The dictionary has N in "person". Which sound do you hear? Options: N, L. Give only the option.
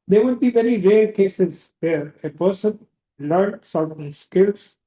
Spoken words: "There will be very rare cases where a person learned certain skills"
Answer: N